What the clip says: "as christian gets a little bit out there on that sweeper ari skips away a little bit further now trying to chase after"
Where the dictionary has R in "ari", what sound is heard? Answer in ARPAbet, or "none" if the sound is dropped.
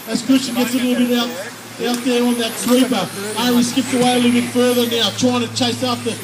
W